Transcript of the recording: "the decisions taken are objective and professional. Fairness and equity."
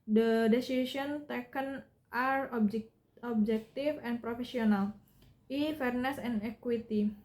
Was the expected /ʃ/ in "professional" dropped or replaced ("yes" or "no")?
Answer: yes